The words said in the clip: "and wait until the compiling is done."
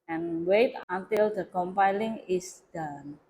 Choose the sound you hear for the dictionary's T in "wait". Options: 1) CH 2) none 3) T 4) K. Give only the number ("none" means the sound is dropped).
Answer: 3